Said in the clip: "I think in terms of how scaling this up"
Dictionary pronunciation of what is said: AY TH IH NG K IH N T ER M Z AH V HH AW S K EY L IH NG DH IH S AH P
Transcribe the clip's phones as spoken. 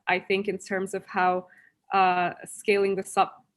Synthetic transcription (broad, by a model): AY TH IH NG K IH N T ER M Z AH V HH AW S K EY L IH NG DH IH S AH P